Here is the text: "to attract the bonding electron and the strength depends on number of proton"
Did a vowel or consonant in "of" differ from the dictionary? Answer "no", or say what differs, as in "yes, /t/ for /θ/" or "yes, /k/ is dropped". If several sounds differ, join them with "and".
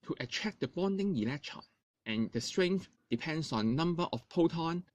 yes, /f/ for /v/